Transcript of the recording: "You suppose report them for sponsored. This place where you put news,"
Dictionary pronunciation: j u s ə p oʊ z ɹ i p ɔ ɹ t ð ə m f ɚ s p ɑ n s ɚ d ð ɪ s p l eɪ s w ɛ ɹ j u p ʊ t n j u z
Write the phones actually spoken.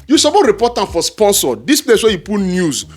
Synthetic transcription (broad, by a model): j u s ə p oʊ ɹ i p ɔ t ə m f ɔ s p ɑ n s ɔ d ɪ s p l eɪ s w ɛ j u p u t n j u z